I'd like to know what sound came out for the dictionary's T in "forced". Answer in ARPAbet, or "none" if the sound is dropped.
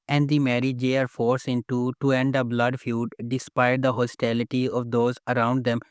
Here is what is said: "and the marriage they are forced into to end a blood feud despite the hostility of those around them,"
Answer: none